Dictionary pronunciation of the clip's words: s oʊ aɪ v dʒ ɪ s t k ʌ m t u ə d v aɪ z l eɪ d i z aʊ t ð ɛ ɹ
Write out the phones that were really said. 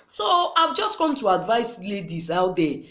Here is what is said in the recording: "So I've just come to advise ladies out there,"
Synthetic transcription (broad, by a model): s oʊ aɪ v dʒ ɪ s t k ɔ m t u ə d v aɪ s l eɪ d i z aʊ t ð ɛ